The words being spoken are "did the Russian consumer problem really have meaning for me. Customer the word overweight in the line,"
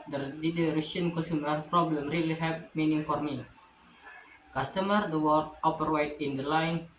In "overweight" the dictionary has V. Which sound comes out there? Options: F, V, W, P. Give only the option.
P